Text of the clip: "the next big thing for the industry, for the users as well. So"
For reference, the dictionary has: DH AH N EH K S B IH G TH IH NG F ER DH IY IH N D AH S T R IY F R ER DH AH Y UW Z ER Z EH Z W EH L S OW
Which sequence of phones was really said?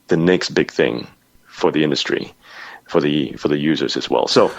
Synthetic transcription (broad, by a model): DH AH N EH K S B IH G TH IH NG F ER DH IY IH N D AH S T R IY F R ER DH AH Y UW Z ER Z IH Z W EH L S OW